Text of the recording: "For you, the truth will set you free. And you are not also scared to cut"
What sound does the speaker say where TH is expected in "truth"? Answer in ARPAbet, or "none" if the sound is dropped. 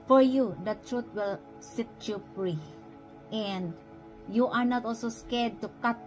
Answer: T